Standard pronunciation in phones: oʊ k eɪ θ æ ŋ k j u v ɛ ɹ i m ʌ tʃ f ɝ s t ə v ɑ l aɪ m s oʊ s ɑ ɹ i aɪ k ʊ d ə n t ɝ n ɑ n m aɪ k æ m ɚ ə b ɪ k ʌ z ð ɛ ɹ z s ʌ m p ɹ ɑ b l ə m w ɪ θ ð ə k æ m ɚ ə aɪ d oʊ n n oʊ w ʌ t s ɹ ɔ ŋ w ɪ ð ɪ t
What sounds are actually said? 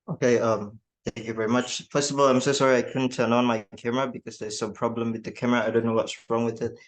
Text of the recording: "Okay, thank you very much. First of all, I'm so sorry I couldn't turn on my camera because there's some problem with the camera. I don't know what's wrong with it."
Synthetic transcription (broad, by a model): oʊ k eɪ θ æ ŋ k j u v ɛ ɹ i m ʌ tʃ p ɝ s ə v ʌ l aɪ m s oʊ s ɑ ɹ i aɪ k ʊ d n t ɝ n ɑ n m aɪ k æ m ɚ ə b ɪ k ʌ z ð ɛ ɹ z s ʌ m p ɹ ɑ b l ə m w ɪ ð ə k æ m ɚ ə aɪ d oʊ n n oʊ w ʌ t s ɹ ɔ ŋ w ɪ ð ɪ t